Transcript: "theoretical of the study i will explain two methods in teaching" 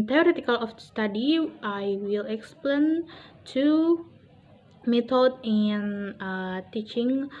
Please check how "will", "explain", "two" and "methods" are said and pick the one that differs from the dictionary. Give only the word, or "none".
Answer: methods